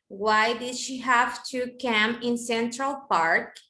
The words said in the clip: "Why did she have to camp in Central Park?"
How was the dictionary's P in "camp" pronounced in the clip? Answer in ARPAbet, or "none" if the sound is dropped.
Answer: none